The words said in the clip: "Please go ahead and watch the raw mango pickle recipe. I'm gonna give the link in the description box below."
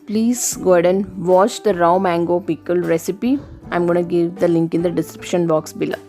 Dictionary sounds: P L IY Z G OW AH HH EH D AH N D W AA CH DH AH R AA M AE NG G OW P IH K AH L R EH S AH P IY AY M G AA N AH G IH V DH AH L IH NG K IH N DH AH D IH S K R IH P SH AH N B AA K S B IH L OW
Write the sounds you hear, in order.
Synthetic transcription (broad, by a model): P L IY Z G OW D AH N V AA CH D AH R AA M AE NG G OW P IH K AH L R EH S AH P IY AY M G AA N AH G IH V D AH L IH NG K IH N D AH D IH S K R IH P SH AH N B AA K S B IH L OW